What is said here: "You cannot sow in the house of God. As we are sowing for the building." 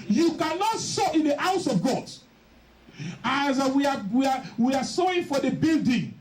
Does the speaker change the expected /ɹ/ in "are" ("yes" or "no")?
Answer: yes